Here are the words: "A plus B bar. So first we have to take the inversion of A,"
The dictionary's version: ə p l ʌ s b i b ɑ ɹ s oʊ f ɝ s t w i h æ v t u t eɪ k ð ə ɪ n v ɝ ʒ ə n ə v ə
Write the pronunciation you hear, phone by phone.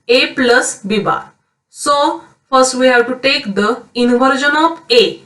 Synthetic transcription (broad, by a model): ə p l ʌ s b i b ɑ ɹ s oʊ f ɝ s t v i h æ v t u t eɪ k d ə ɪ n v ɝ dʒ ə n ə p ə